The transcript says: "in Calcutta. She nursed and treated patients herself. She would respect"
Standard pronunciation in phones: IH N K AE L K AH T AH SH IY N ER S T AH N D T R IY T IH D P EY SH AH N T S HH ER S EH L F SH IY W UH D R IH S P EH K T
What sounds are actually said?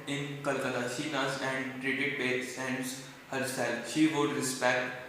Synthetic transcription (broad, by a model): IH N K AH L K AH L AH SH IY N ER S AH N D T R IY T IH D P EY S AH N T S HH ER S EH L F SH IY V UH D R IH S P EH K T